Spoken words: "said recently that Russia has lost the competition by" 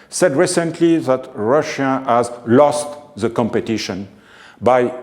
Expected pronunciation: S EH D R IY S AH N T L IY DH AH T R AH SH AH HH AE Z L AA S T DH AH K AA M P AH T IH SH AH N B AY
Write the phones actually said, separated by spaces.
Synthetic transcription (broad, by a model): S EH D R IY S AH N T L IY DH AH T R AH SH AH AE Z L AA S T DH AH K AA M P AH T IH SH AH N B AY